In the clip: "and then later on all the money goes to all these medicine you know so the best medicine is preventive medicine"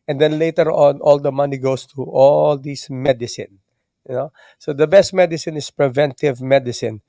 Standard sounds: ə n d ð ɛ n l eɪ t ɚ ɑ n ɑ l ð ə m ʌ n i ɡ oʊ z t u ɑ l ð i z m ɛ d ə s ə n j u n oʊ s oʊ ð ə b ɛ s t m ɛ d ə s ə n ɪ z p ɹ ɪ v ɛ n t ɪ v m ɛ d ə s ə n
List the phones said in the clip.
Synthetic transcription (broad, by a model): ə n d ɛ n l eɪ t ɚ ɑ n ɑ l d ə m ʌ n i ɡ oʊ s t u ɑ l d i s m ɛ d ə s ə n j n oʊ s oʊ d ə b ɛ s t m ɛ d ə s ə n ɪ s p ɹ ɪ v ɛ n t ɪ v m ɛ d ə s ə n